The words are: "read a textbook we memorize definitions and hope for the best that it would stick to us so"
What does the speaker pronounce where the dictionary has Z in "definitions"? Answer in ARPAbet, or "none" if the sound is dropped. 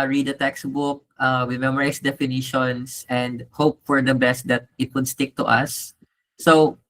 S